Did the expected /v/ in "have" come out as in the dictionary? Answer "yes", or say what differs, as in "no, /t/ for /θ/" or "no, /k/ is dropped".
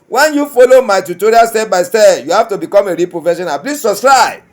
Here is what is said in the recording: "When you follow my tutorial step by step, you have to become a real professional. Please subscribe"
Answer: no, /f/ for /v/